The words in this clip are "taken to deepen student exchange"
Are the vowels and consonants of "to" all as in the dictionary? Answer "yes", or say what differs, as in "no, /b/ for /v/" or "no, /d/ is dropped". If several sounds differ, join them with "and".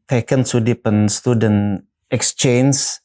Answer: no, /s/ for /t/